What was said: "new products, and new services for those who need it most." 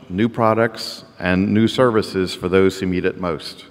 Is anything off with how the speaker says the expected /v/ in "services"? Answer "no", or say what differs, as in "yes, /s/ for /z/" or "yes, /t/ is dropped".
no